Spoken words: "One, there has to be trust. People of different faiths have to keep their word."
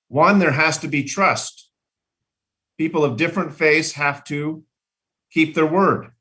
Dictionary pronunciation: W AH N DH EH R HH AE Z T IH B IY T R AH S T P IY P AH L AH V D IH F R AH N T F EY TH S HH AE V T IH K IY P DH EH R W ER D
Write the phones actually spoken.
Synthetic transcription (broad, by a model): W AH N DH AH R HH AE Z T IH B IY T R AH S T P IY P L AH V D IH F R AH N T F EY S HH AE F T IH K IY P DH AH R W ER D